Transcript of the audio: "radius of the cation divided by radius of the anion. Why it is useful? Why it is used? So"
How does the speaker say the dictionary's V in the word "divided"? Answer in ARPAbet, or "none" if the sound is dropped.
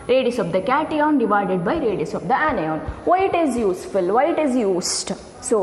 V